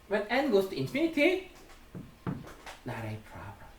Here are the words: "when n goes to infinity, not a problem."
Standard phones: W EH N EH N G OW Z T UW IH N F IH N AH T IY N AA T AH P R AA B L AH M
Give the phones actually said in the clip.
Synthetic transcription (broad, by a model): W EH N EH N G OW S T UW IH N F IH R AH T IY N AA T AH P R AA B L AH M